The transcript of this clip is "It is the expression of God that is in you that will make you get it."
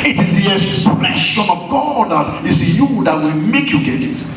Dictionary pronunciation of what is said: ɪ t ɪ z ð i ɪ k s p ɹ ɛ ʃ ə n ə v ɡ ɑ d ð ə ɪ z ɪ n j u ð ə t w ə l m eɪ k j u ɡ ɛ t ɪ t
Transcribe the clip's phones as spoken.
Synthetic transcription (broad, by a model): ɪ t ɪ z ð i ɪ s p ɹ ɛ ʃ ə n ə v ɡ ɑ d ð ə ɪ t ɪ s j u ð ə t w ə m eɪ k j u ɡ ɛ t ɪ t